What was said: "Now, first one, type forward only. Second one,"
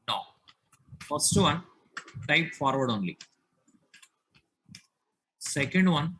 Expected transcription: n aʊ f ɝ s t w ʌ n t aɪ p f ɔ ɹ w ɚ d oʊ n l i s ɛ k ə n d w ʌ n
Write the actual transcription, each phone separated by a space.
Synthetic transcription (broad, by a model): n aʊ f ɝ s t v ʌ n t aɪ p f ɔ ɹ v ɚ d oʊ n l i s ɛ k ə n d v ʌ n